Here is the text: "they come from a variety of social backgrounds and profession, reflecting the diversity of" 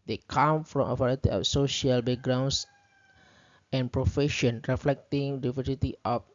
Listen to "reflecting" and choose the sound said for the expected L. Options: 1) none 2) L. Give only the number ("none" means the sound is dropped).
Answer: 2